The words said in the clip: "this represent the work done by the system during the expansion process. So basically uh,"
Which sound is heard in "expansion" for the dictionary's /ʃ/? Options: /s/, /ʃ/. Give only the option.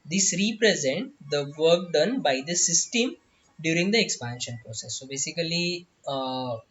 /ʃ/